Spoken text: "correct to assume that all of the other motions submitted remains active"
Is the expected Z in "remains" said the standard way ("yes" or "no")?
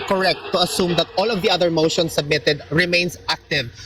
no